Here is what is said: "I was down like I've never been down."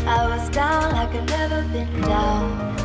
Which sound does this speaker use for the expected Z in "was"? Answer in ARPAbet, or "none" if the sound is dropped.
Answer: Z